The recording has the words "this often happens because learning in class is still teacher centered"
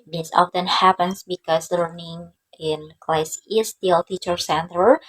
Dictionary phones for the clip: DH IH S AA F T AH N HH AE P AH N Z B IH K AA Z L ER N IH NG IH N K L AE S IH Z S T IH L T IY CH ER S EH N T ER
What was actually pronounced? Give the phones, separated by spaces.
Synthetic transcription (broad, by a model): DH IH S AA F T AH N HH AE P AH N S B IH K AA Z L ER N IH NG IH N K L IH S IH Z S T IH L T IY CH ER S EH N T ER